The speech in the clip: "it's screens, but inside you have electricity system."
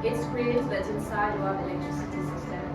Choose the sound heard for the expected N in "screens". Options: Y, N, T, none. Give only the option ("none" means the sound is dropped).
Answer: none